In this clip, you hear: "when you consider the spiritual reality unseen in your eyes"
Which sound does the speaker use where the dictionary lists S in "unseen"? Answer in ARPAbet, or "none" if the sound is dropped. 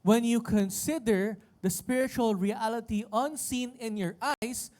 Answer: S